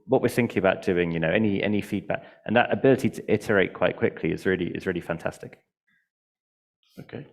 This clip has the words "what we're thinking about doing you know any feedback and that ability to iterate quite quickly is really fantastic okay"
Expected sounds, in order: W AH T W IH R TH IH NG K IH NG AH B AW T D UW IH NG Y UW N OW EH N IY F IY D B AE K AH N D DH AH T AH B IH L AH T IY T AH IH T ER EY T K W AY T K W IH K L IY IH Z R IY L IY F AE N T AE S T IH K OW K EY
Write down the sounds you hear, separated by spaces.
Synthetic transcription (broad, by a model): W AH T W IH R TH IH NG K IH NG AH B AW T D UW IH NG Y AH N OW EH N IY F IY D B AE K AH N DH AH T AH B IH L AH T IY T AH IH T ER EY T K W AY T K W IH K L IY IH Z R IY L IY F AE N T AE S T IH K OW K EY